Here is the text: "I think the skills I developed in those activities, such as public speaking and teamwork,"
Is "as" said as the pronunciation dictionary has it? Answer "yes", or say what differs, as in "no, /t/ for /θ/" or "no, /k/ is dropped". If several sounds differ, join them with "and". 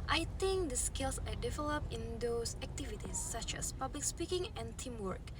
no, /s/ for /z/